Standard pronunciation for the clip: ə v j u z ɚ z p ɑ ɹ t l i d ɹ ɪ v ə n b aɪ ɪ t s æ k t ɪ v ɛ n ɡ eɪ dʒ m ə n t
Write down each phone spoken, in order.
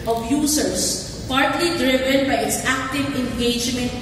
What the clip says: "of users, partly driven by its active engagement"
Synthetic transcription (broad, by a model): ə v j u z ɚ s p ɑ ɹ t l i d ɹ ɪ v ə n b aɪ ɪ t s æ k t ɪ v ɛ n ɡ eɪ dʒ m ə n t